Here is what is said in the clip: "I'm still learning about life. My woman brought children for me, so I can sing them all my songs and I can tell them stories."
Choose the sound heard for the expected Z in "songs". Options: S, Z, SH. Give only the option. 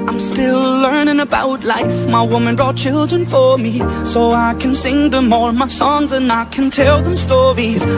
Z